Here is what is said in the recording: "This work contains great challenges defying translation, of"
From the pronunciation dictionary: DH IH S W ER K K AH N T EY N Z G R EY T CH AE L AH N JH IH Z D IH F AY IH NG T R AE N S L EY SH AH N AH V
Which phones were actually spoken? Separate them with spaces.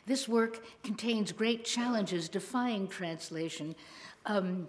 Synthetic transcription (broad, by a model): DH IH S W ER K K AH N T EY N Z G R EY T CH AE L AH N JH IH Z D IH F AY IH NG T R AE N S L EY SH AH N